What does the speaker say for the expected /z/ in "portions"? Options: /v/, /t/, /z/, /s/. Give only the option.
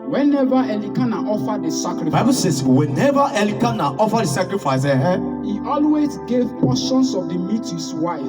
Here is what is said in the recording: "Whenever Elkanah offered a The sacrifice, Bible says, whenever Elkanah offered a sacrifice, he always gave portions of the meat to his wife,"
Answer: /s/